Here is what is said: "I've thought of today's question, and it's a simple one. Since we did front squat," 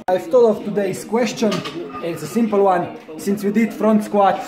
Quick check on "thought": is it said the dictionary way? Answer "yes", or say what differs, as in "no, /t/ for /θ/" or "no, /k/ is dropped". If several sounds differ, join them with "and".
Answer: no, /t/ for /θ/